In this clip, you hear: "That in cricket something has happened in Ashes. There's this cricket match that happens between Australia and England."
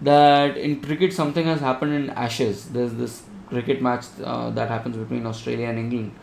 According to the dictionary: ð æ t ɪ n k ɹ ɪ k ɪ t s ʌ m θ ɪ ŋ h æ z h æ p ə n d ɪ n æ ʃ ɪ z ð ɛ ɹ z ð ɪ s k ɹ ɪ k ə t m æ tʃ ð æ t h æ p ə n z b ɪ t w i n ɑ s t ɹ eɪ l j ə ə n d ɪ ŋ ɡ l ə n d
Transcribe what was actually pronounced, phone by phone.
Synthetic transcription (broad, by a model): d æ t ɪ n k ɹ ɪ k ɪ t s ʌ m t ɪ ŋ h æ z h æ p ə n d ɪ n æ ʃ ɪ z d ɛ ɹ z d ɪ s k ɹ ɪ k ə t m æ tʃ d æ t h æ p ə n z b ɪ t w i n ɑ s t ɹ eɪ l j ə ə n d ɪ ŋ ɡ l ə n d